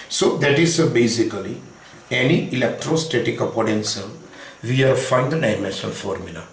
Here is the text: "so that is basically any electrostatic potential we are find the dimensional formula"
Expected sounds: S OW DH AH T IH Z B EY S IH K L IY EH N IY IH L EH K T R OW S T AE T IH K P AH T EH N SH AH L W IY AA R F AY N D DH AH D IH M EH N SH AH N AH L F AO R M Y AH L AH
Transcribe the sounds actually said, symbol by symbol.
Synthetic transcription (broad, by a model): S OW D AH T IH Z B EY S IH K L IY EH N IY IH L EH K T R OW S T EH T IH K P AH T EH N S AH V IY AA R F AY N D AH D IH M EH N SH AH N F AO R M Y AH L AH